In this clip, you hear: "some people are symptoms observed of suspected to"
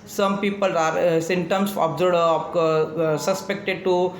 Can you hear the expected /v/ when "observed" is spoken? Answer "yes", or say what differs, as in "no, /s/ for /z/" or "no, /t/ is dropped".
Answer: no, /v/ is dropped